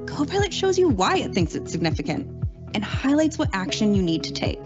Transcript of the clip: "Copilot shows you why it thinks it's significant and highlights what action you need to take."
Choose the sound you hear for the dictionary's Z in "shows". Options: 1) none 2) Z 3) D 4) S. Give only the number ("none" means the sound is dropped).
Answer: 2